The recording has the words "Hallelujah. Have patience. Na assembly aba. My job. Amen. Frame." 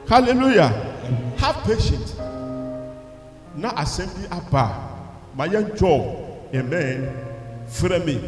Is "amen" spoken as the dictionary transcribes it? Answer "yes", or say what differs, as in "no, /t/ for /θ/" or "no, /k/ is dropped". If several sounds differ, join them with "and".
yes